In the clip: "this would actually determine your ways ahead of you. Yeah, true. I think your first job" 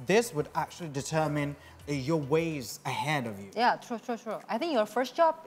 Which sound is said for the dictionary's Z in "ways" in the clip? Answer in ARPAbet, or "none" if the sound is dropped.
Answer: Z